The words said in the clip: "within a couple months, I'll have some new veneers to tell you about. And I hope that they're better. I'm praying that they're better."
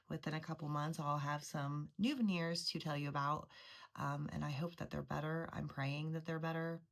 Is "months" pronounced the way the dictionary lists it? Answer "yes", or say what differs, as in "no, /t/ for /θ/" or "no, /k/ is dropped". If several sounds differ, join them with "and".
yes